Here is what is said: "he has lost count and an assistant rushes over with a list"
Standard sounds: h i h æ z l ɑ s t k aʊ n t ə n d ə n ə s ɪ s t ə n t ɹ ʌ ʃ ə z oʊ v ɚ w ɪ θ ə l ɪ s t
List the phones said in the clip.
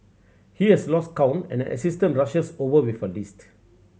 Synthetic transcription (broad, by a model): h i h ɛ s l ɑ s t k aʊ n ə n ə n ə s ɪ s t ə n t ɹ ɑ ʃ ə s oʊ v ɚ w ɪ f ə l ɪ s t